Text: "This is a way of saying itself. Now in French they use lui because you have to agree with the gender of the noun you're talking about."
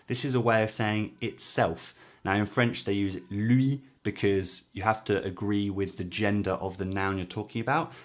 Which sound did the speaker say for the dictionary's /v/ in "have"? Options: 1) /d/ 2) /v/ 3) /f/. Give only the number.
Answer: 3